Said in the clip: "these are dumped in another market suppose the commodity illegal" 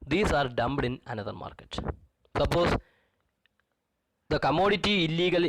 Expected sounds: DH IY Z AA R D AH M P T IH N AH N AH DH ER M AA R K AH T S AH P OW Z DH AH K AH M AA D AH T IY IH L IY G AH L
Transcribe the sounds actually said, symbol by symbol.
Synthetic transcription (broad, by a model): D IY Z AA R D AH M B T IH N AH N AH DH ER M AA R K AH T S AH P OW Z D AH K AH M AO D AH T IY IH L IY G AH L